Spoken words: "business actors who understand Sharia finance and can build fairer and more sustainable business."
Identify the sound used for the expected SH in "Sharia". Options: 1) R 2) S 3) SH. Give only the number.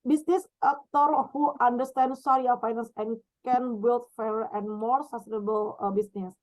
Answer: 2